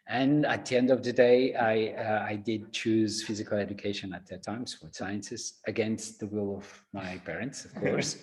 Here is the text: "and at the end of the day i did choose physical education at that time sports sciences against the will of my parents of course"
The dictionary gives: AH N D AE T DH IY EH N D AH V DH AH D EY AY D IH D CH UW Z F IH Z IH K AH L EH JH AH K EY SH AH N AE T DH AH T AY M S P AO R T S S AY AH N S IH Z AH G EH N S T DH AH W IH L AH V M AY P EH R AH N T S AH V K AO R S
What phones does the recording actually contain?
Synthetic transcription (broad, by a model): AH N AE T DH IY EH N D AH V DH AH D EY AY D IH D CH UW Z F IH Z IH K AH L EH JH AH K EY SH AH N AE T DH AH T AY M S F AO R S S AY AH N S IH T AH G EH N S T DH AH W IH L AH V M AY P EH R AH N T S AH V K AO R S